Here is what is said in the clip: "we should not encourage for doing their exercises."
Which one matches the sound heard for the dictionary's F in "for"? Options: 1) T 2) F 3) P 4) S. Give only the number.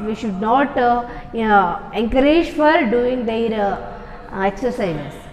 2